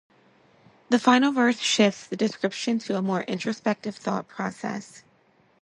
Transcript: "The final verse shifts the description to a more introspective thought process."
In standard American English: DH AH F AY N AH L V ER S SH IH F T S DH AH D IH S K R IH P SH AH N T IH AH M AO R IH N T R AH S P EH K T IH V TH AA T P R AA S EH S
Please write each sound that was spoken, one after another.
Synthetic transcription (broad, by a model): DH AH F AY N L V ER TH SH IH F T S DH AH D IH S K R IH P SH AH N T IH AH M AO R IH N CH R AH S P EH K T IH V TH AA T P R AA S EH S